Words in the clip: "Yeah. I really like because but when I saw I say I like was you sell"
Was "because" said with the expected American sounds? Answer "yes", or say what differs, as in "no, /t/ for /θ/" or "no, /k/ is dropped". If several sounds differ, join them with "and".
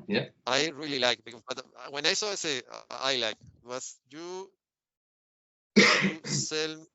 no, /z/ is dropped